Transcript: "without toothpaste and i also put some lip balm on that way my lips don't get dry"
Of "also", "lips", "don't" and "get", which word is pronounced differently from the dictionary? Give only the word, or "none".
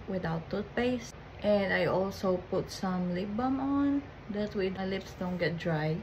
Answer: none